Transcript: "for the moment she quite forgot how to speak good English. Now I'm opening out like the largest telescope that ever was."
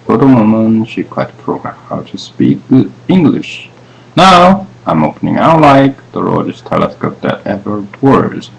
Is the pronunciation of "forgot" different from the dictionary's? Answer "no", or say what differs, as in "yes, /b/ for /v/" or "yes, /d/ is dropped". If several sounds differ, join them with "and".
yes, /p/ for /f/